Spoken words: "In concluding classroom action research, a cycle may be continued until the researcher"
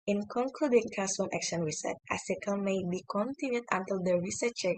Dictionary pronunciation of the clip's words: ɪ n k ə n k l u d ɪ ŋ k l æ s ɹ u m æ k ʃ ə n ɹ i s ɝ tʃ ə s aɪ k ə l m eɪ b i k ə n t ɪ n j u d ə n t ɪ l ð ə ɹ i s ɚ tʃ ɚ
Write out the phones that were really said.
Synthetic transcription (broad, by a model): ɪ n k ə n k l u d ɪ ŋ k æ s u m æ k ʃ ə n ɹ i s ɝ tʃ ə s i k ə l m eɪ b i k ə n t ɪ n j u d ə n t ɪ l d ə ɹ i s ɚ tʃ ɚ